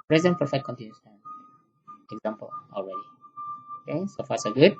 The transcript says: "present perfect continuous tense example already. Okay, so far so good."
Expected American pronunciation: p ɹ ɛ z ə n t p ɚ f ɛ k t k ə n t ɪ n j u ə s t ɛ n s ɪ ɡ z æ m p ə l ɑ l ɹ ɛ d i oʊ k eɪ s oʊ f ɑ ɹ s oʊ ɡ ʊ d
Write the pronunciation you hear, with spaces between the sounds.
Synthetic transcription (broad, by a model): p ɹ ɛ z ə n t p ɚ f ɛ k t k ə n t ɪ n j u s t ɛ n ɪ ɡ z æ m p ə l ɑ l ɹ ɛ d i oʊ k eɪ s oʊ f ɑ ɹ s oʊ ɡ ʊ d